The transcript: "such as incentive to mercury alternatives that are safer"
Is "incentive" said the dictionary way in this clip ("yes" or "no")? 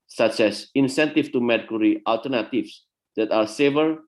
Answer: no